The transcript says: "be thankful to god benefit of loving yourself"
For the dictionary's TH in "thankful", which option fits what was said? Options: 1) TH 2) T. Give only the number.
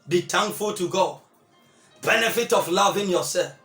2